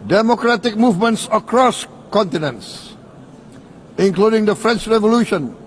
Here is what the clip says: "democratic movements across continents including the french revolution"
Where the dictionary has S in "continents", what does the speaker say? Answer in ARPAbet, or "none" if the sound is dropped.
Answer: S